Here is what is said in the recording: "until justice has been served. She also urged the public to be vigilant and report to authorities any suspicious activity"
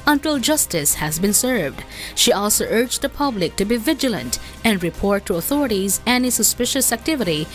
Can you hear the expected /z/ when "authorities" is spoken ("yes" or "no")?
yes